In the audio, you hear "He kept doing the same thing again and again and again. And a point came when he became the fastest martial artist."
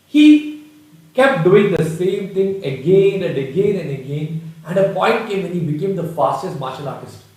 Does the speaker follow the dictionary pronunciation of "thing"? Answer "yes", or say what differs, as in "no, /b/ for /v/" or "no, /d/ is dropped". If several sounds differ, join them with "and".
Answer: no, /t/ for /θ/